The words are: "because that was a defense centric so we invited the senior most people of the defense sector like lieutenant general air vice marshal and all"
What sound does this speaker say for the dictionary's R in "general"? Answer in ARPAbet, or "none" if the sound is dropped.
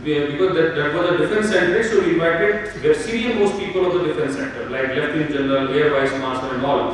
L